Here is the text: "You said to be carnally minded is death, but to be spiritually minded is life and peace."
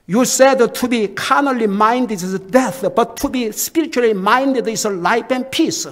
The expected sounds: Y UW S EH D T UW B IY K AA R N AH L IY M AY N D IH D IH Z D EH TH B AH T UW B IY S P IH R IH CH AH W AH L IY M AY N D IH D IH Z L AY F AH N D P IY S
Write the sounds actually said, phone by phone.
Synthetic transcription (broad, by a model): Y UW S EH D T UW B IY K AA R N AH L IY M AY N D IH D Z D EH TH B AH T UW B IY S P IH R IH CH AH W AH L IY M AY N D IH D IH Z L AY P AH N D P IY S